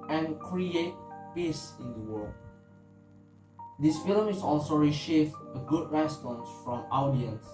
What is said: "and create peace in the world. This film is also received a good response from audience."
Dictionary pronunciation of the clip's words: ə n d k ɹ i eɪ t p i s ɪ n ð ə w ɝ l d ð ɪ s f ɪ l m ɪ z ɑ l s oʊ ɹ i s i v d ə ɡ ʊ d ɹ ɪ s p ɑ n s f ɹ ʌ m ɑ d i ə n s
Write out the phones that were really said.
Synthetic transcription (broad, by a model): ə n k ɹ i eɪ t p i s ɪ n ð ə w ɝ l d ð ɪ s f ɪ l m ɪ s ɑ l s oʊ ɹ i ʃ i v ə ɡ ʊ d ɹ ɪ s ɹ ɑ n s f ɹ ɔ m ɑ d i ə n s